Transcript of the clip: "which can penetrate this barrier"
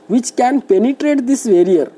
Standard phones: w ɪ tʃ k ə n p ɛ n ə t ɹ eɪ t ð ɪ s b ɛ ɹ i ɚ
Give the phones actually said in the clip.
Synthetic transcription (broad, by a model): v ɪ tʃ k ə n p ɛ n ə t ɹ eɪ t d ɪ s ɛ ɹ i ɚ